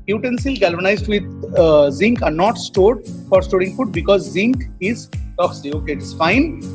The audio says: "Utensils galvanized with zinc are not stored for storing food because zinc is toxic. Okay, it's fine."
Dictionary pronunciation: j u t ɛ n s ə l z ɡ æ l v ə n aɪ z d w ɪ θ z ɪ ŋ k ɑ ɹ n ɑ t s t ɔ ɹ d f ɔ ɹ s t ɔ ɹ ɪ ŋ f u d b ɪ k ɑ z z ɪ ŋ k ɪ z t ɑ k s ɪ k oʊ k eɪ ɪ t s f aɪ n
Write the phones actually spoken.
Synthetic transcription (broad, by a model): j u t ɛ n s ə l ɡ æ l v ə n aɪ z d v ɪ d z ɪ ŋ k ɑ ɹ n ɑ t s t ɔ ɹ d f ɔ ɹ s t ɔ ɹ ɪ ŋ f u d b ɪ k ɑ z z ɪ ŋ k ɪ z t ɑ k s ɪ oʊ k eɪ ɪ t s f aɪ n